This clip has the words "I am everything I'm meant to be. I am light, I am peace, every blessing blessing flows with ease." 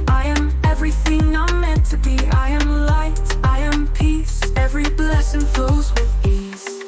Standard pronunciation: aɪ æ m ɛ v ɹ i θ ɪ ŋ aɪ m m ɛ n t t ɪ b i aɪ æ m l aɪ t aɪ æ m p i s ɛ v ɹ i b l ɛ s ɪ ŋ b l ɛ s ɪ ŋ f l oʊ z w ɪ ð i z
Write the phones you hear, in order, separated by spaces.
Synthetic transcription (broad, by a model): aɪ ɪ m ɛ v ɹ i θ ɪ ŋ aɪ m m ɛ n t t ɪ b i aɪ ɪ m l aɪ t aɪ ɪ m p i s ɛ v ɹ i b l ɛ s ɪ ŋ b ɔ ɪ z w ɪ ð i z